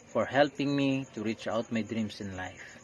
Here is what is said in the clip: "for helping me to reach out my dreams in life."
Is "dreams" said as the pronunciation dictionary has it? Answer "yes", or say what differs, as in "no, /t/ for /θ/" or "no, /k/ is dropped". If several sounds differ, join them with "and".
no, /s/ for /z/